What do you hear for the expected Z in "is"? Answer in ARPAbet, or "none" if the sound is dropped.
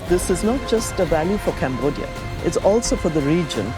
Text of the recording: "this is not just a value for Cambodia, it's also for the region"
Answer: Z